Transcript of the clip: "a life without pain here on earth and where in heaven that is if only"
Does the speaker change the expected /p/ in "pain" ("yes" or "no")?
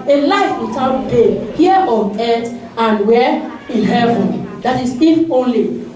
yes